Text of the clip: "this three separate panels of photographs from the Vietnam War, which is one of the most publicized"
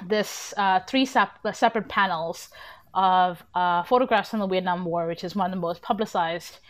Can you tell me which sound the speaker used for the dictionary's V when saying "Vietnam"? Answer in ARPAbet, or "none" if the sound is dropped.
W